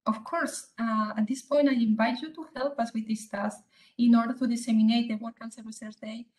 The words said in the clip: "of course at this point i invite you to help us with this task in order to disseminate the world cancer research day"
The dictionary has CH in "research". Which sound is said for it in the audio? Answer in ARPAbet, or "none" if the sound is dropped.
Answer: S